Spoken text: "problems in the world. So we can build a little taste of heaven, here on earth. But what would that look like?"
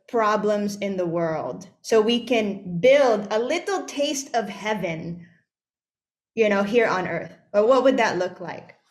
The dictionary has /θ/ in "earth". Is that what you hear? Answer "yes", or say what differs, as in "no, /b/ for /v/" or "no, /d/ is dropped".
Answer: yes